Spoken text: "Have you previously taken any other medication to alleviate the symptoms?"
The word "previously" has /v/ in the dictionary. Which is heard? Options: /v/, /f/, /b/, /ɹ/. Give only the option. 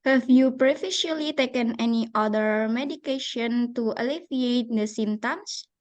/f/